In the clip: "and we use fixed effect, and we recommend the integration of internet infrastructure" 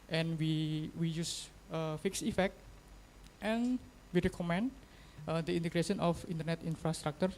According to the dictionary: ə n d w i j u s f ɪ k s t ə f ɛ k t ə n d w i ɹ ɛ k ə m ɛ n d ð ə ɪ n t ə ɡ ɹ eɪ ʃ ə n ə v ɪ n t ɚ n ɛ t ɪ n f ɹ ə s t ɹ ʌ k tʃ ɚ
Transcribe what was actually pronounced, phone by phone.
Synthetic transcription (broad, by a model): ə n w w i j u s f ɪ k s ə f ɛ k t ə n w i ɹ ɛ k ə m ɛ n d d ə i n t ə ɡ ɹ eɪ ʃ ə n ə f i n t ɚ n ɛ t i n f ɹ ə s t ɹ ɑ k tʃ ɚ